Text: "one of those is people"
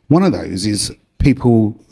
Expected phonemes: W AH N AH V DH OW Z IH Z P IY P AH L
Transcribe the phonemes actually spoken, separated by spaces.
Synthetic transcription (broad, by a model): W AH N AH V DH OW Z IH Z P IY P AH L